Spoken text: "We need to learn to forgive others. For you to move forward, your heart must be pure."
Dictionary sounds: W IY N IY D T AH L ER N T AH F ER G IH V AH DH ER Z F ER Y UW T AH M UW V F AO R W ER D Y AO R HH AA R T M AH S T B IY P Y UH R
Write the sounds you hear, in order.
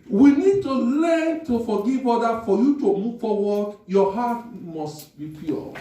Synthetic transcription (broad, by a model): W IY N IY D T AH L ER N T AH F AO G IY V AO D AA F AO Y UW T AH M UW V F AO W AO D Y AO HH AA T M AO S T B IY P Y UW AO